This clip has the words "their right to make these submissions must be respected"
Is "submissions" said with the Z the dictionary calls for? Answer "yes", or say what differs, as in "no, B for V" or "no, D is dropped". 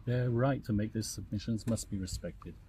yes